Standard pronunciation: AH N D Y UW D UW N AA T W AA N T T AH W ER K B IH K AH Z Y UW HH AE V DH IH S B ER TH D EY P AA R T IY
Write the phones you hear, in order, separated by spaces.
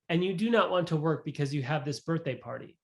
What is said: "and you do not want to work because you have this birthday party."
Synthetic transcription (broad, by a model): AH N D Y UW D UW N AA T W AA N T T AH W ER K B IH K AH Z Y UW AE V DH IH S B ER TH D EY P AA R T IY